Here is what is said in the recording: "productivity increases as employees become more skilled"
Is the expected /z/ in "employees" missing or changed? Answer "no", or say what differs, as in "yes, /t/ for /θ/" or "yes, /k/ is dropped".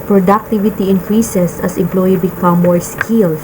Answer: yes, /z/ is dropped